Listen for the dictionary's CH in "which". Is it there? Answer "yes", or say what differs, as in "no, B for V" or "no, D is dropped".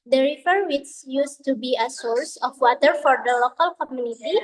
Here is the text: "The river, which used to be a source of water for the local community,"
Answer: no, S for CH